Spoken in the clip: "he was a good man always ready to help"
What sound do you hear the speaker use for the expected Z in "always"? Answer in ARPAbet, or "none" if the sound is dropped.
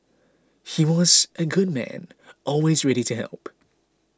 Z